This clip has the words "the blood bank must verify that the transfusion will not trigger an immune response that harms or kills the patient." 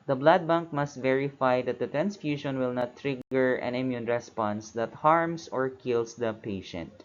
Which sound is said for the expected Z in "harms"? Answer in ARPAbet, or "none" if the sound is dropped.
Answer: S